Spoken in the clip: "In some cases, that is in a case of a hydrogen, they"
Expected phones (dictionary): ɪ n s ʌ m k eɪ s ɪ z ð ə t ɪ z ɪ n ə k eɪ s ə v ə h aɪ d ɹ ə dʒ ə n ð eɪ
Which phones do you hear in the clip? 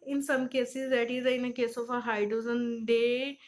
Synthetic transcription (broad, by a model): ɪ n s ʌ m k eɪ s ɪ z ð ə t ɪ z ɪ n ə k eɪ s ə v ə h aɪ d ə z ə n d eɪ